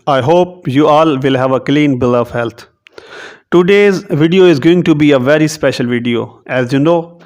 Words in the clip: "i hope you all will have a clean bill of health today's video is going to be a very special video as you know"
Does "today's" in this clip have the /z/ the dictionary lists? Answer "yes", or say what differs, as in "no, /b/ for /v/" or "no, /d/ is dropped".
yes